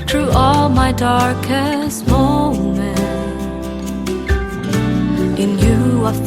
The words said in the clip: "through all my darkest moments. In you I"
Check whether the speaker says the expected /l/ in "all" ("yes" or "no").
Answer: yes